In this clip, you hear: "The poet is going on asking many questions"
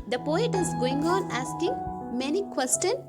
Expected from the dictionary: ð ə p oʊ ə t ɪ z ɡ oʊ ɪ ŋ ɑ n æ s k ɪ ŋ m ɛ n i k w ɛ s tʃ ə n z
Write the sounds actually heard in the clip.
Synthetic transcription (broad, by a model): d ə p oʊ ə t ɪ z ɡ oʊ ɪ ŋ ɑ n æ s k ɪ ŋ m ɛ n i k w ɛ s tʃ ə n